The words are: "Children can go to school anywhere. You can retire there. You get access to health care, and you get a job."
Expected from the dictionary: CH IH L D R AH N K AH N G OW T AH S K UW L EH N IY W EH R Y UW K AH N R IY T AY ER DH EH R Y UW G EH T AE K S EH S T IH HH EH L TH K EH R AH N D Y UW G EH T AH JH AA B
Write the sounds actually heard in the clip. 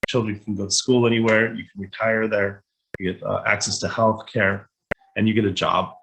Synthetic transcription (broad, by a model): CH IH L D R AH N K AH N G OW T AH S K UW L EH N IY W EH R Y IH K N R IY T AY ER DH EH R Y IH G EH T AE K S EH S T IH HH EH L TH K EH R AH N Y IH G EH T AH JH AA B